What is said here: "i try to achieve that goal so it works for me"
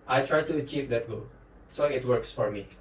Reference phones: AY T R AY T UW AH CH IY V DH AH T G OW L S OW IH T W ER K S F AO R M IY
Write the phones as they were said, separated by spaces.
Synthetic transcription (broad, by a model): AY T R AY T UW AH CH IY V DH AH T G OW L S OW IH T W ER K S F AO R M IY